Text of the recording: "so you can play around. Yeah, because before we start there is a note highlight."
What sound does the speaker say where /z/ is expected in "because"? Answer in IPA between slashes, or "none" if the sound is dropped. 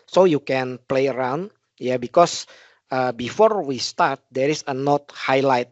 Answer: /s/